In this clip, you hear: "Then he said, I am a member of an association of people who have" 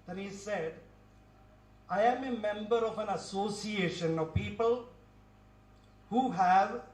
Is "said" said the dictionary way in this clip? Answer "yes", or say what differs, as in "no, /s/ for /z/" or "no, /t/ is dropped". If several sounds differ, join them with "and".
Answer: yes